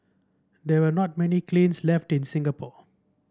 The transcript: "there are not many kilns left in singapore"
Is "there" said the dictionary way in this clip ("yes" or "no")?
no